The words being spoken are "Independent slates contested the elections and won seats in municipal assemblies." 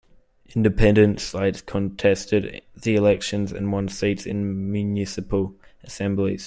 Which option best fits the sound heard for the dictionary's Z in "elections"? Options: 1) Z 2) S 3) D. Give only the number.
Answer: 1